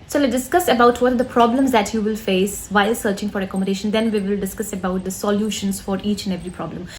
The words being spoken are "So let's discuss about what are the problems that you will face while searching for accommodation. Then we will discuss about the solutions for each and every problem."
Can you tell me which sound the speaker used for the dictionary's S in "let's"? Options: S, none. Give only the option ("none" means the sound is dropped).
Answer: none